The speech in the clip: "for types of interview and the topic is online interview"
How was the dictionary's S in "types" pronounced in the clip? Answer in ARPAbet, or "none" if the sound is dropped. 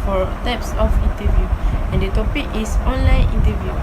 S